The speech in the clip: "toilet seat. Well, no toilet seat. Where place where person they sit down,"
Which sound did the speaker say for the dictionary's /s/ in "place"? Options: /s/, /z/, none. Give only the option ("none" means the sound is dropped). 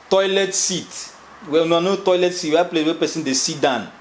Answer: none